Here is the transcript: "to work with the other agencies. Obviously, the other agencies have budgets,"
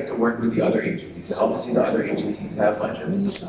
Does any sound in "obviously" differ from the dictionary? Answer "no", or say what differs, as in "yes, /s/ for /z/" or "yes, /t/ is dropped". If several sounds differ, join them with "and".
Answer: yes, /l/ is dropped